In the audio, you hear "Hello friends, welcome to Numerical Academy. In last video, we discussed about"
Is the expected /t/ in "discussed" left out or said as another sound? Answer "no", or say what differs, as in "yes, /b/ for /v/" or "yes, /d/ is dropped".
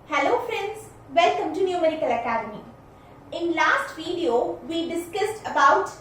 no